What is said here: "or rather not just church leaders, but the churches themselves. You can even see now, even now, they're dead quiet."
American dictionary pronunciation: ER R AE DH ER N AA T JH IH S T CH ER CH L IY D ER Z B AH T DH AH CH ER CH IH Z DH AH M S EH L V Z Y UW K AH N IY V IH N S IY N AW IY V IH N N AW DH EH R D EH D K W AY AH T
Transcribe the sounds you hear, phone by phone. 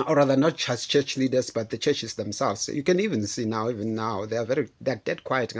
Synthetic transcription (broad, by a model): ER R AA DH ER N AA T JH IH S T CH ER CH L IY D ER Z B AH T DH AH CH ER CH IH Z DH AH M S EH L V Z Y UW K AH N IY V IH N S IY N AW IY V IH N N AW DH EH R D EH D K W AY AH T